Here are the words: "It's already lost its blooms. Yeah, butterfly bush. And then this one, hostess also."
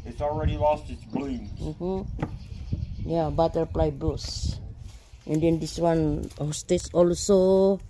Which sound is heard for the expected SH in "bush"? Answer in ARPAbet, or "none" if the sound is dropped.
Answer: S